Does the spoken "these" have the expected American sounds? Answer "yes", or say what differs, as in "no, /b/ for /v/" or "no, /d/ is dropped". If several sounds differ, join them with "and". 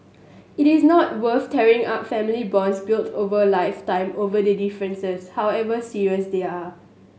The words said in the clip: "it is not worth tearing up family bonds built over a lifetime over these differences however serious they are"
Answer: no, /z/ is dropped